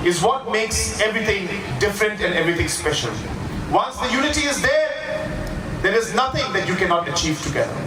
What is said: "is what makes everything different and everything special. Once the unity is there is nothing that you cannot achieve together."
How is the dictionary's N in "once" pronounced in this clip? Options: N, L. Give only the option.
L